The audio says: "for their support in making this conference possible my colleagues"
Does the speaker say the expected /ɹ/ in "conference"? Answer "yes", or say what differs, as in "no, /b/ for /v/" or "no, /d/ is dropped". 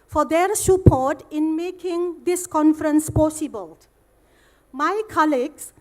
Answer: yes